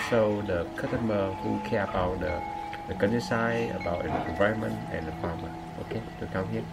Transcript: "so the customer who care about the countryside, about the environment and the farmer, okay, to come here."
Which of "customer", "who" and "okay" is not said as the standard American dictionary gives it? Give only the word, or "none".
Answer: customer